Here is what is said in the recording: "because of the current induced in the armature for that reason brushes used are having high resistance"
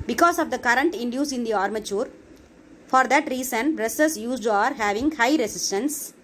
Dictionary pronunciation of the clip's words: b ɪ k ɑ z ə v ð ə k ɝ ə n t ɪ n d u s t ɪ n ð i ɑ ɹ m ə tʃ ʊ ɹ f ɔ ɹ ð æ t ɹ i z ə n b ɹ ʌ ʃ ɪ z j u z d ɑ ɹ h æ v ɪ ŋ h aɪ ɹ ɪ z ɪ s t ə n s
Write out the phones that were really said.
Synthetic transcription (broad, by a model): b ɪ k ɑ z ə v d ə k ɝ ə n t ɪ n d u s ɪ n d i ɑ ɹ m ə tʃ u ɹ f ɔ ɹ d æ t ɹ i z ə n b ɹ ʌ s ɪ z j u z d ɑ ɹ h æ v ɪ ŋ h aɪ ɹ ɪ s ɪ s t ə n s